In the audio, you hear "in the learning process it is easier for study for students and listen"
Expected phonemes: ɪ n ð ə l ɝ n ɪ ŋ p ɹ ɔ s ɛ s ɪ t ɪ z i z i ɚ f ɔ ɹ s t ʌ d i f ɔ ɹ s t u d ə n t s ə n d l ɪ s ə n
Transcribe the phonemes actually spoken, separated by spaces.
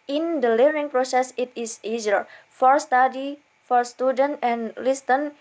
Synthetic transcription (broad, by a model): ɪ n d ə l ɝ ɪ ŋ p ɹ ɔ s ɛ s ɪ t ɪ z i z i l f ɔ ɹ s t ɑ d i f ɔ ɹ s t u d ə n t ə n l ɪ s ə n